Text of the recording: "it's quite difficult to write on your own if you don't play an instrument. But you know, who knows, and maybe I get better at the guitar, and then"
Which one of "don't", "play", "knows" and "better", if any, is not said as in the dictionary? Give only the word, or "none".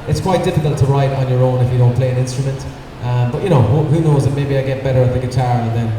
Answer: none